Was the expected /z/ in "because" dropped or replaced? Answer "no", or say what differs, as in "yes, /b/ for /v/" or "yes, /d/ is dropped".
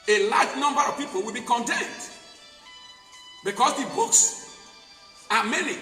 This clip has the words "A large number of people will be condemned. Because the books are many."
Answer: yes, /s/ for /z/